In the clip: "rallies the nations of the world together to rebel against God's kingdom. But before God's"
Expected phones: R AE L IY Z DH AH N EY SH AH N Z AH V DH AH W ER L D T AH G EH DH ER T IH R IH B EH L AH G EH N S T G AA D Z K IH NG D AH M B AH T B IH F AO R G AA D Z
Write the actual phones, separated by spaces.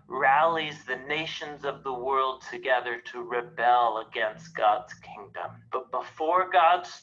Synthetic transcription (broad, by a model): R AE L IY Z DH AH N EY SH AH N Z AH V DH AH W ER L D T AH G EH DH ER T IH R IH B EH L AH G EH N S T G AA D Z K IH NG D AH M B AH T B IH F AO R G AA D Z